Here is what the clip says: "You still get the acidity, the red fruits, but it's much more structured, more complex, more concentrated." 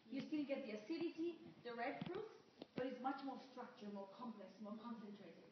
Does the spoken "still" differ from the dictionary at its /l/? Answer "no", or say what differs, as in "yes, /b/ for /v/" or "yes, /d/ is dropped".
yes, /n/ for /l/